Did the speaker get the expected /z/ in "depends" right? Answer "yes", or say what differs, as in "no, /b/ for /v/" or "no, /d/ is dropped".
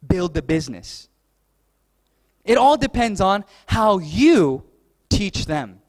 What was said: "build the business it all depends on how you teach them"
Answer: yes